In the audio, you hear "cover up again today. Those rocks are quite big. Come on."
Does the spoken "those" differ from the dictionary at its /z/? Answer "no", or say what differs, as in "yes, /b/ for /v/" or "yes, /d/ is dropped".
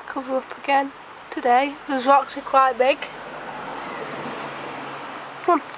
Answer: no